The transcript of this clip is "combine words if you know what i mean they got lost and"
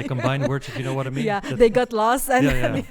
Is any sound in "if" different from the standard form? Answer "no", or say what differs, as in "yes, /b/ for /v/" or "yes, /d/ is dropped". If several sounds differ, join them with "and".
yes, /p/ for /f/